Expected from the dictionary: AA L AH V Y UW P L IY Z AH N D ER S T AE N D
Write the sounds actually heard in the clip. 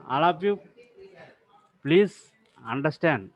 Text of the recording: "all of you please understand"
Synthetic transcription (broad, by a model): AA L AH P Y UW P L IY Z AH N D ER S T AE N D